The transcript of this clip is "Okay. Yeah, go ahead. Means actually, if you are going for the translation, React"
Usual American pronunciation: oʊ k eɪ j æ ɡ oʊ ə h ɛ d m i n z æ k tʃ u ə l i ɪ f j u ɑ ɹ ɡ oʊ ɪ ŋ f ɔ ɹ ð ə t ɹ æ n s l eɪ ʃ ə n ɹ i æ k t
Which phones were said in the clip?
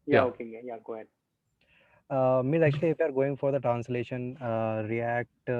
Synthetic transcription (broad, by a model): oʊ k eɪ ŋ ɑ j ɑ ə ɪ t m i z æ k tʃ u ə l i ɪ f j u ɑ ɹ ɡ oʊ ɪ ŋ f ɔ ɹ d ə t ɹ æ n s l eɪ ʃ ə n ɹ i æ k t